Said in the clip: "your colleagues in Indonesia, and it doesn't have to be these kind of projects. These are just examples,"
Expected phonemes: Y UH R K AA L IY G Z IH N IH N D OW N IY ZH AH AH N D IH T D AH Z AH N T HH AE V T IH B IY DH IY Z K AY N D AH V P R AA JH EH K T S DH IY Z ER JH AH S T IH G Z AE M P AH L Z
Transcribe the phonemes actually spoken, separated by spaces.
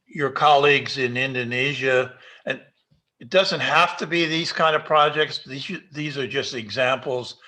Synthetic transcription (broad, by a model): Y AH R K AA L IY G Z IH N IH N D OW N IY ZH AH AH N IH T D AH Z AH N T HH AE F T IH B IY DH IY Z K AY N D AH V P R AA JH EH K T S DH IY Z ER JH AH S T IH G Z AE M P L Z